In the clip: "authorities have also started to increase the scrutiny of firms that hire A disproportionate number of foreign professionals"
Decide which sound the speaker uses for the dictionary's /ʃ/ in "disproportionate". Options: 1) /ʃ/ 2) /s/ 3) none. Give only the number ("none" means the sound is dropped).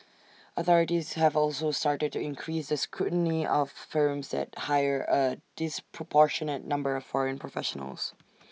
1